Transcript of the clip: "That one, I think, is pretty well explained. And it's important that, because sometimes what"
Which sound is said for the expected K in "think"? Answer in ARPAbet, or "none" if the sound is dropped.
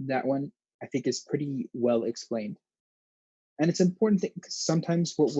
K